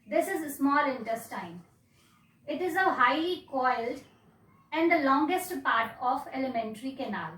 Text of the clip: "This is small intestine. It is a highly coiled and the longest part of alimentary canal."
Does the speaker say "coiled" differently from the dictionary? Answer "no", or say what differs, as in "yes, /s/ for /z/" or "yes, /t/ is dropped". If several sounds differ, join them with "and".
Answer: no